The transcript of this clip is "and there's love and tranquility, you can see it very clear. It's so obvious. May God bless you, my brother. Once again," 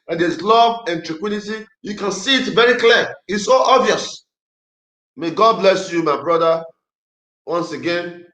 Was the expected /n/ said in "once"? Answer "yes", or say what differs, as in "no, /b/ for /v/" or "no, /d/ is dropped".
yes